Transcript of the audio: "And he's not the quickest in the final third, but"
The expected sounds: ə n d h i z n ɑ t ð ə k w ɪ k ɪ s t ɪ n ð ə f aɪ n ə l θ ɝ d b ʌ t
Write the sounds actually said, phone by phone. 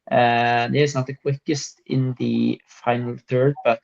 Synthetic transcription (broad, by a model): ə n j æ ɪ s n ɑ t ð ə k w ɪ k ɪ s t ɪ n ð ə f aɪ n ə l θ ɝ d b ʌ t